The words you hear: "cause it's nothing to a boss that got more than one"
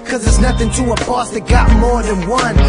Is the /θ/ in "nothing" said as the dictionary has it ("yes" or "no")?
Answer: yes